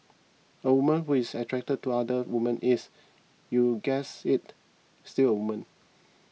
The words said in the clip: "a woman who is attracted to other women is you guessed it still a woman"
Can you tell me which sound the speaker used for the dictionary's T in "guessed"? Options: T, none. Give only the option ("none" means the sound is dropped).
none